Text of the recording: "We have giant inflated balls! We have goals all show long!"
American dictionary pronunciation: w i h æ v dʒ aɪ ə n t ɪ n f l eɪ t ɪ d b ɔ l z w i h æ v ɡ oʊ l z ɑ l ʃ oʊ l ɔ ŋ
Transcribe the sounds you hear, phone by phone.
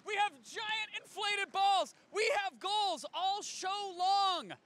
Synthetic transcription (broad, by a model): w i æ v dʒ aɪ ə n t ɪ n f l eɪ t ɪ d b ɔ l z w i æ v ɡ oʊ l z ɑ l ʃ oʊ l ɔ ŋ